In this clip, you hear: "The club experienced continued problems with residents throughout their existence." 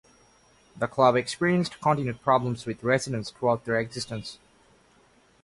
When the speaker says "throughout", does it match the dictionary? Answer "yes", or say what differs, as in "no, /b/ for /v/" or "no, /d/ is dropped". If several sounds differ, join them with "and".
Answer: no, /t/ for /θ/